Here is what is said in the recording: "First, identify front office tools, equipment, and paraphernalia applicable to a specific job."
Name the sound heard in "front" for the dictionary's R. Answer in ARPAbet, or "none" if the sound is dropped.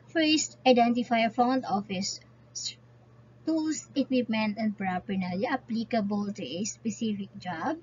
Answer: none